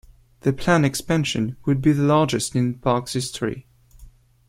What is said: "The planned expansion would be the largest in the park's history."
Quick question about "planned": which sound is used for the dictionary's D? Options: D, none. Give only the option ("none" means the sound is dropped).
none